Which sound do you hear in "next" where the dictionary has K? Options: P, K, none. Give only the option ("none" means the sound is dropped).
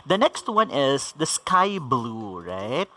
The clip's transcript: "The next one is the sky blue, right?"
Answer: K